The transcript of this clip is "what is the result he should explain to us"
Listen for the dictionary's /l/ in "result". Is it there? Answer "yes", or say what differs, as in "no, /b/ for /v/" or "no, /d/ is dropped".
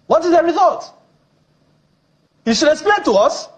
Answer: no, /l/ is dropped